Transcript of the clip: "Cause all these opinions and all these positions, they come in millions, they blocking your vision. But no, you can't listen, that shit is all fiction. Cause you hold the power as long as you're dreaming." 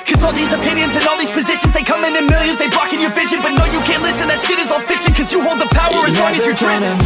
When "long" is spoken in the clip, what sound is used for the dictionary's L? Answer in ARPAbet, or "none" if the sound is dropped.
W